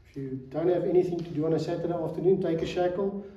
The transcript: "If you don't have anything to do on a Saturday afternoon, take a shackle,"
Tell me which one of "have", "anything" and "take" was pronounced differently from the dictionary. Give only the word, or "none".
none